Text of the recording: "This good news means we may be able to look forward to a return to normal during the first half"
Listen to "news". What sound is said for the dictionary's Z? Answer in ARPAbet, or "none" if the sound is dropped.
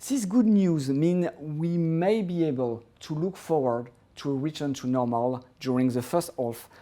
Z